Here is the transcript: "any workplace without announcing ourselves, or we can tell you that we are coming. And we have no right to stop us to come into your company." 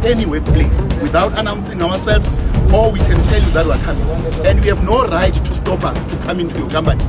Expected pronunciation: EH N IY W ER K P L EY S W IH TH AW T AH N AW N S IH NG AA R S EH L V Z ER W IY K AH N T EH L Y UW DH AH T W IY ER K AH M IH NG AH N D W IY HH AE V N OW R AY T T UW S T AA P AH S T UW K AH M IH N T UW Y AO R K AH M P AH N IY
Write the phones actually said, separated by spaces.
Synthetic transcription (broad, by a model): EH N IY W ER K P L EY S W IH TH AW T AH N AW N S IH NG AA W S EH L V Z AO W IY K AH N T EH L Y UW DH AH T W IY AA K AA M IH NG AH N D W IY HH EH V N OW R AY T T UW S T AA P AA S T UW K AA M IH N T UW Y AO K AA M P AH N IY